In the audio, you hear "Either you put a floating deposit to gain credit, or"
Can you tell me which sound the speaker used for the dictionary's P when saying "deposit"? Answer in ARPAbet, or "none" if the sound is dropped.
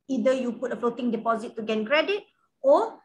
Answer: P